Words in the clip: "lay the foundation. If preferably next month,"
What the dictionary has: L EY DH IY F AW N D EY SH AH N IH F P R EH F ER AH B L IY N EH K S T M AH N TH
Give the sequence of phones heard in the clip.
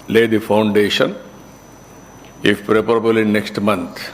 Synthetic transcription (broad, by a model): L EY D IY F AW N D EY SH AH N IH F P R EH P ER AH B L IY N EH K S T M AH N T